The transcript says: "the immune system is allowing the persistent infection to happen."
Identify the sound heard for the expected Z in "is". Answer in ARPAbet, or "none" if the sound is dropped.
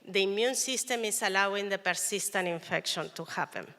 S